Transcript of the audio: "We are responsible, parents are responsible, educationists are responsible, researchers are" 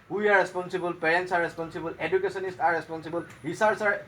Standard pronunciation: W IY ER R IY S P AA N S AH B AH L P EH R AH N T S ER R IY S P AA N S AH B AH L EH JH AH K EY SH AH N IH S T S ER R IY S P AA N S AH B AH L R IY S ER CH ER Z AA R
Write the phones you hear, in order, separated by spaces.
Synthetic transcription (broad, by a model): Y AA R IY S P AA N S AH B AH L P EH R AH N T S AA R IY S P AA N S AH B AH L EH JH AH K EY S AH N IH S T AA R IY S P AA N S AH B AH L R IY S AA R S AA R